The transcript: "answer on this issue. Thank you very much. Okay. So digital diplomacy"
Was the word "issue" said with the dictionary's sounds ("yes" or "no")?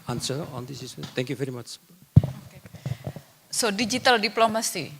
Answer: no